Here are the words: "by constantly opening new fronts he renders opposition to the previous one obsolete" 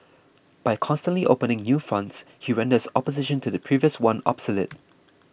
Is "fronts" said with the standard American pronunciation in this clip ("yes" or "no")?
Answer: yes